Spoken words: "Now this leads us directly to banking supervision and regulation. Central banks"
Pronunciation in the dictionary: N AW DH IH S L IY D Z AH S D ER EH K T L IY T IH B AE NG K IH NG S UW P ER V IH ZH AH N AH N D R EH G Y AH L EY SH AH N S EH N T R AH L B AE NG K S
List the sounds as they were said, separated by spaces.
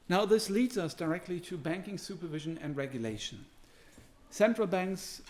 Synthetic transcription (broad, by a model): N AW DH IH S L IY D Z AH S D ER EH K T L IY T IH B AE NG K IH NG S UW P ER V IH ZH AH N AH N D R EH G Y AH L EY SH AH N S EH N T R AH L B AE NG K S